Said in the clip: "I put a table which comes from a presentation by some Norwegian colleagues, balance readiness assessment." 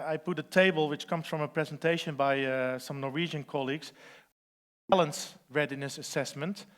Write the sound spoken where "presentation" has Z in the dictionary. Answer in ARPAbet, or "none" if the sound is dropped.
Z